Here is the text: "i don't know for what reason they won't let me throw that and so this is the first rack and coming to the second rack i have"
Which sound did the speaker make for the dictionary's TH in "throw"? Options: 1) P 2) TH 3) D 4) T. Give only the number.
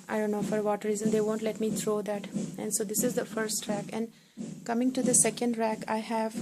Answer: 4